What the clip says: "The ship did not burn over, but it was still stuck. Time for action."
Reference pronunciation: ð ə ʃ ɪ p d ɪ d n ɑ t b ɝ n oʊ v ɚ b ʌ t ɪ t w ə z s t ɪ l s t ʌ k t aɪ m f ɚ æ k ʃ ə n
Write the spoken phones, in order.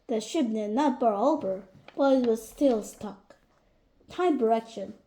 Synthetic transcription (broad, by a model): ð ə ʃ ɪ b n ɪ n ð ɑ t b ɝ oʊ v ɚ b ʌ t ɪ t w ə z s t ɪ l s t ʌ k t aɪ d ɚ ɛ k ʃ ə n